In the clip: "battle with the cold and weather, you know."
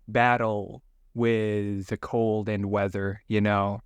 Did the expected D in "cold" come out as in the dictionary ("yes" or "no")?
yes